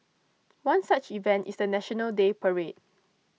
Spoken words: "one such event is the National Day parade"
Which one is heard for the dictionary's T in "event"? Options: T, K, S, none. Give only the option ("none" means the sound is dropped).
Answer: T